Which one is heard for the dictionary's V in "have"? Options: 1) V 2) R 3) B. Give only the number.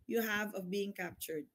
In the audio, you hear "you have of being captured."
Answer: 1